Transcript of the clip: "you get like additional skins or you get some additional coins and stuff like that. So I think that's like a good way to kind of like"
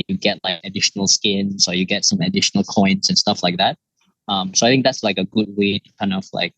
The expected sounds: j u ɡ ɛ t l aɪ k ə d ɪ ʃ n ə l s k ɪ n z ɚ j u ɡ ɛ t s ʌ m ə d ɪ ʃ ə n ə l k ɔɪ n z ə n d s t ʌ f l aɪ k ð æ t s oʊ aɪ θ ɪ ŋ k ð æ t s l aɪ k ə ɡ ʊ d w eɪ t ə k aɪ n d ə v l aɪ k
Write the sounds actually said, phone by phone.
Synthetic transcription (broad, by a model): j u ɡ ɛ t l aɪ k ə d ɪ ʃ n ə l s k ɪ n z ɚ j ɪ ɡ ɛ t s ʌ m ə d ɪ ʃ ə n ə l k ɔɪ n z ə n s t ʌ f l aɪ k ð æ t s oʊ aɪ θ ɪ ŋ k ð æ t s l aɪ k ə ɡ ʊ d w eɪ t ə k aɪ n ə f l aɪ k